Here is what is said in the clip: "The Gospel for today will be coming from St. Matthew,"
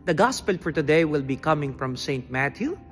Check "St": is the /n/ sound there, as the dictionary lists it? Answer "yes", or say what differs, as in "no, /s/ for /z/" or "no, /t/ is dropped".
yes